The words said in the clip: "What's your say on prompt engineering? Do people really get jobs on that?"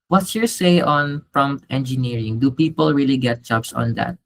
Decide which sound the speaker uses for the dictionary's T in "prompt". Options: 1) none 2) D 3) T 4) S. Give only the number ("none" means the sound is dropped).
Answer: 3